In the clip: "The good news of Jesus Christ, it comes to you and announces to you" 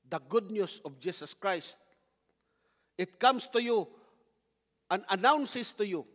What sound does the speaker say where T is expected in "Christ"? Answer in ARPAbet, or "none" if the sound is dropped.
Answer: T